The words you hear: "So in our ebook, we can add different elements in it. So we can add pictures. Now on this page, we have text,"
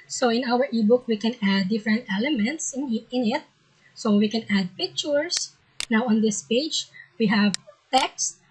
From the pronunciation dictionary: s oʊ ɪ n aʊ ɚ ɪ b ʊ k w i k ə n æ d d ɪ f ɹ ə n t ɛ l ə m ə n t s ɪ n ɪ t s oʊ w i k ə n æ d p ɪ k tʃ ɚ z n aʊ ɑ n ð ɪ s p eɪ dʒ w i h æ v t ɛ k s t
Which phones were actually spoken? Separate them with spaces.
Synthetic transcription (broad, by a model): s oʊ ɪ n aʊ ɚ ɪ b ʊ k w i k ə n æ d d ɪ f ɹ ə n t ɛ l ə m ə n t s ɪ n ɪ t s oʊ w i k ə n æ d p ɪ k tʃ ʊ s n aʊ ɑ n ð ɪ s p eɪ dʒ w i h æ v t ɛ k s t